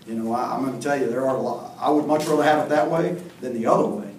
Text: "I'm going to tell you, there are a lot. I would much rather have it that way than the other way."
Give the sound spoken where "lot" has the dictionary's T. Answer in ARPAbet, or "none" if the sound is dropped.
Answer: none